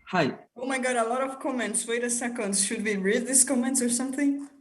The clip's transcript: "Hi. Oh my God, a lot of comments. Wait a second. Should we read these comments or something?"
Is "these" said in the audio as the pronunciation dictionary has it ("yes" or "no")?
no